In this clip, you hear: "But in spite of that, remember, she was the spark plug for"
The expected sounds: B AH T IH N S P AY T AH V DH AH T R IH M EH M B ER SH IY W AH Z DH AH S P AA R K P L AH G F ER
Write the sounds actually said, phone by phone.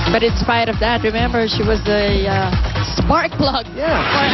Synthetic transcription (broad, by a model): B AH T IH N S P AY T AH V DH AH T R IH M EH M B ER SH IY W AH Z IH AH S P AA R K B L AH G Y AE